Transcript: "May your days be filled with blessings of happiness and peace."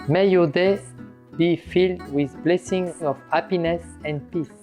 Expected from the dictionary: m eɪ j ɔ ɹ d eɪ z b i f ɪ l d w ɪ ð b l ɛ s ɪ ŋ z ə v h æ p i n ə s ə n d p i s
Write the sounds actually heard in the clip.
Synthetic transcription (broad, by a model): m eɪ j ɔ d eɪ b i f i l d w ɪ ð b l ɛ s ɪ ŋ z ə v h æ p i n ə s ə n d p i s